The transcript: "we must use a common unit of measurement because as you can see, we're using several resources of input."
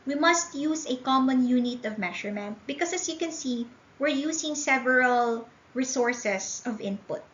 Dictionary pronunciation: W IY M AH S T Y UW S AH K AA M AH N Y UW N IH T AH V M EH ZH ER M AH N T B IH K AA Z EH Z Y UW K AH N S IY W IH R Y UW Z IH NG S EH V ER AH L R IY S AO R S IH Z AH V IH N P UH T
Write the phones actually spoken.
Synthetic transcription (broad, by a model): W IY M AH S T Y UW S AH K AA M AH N Y UW N IH T AH V M EH SH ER M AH N T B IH K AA S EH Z Y UW K AH N S IY W IH R Y UW S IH NG S EH V ER AH L R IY S AO R S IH S AH V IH N P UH T